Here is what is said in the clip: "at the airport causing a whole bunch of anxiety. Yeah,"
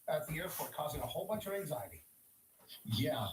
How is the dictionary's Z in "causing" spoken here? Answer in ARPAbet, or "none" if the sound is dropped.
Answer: Z